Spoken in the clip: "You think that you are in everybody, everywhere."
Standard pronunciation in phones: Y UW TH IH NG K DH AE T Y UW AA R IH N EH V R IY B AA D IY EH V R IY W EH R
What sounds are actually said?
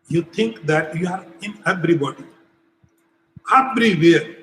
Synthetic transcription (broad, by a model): Y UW T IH NG K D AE T Y UW AA R IH N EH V R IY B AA D IY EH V R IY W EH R